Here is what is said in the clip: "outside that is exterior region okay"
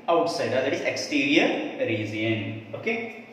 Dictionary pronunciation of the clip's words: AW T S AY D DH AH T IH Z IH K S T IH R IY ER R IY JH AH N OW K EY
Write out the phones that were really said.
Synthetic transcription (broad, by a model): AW T S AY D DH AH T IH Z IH K S T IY R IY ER R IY Z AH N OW K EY